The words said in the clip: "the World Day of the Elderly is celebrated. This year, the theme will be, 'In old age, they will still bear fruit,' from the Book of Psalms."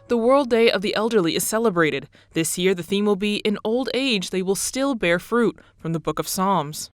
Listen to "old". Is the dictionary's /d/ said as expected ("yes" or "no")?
yes